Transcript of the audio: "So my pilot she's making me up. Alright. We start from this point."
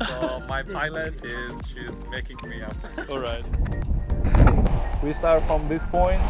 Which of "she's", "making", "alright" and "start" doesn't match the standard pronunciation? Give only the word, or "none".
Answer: none